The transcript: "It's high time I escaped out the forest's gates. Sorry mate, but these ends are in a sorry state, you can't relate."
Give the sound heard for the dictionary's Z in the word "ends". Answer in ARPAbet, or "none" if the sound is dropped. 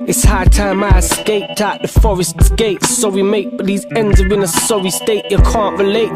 Z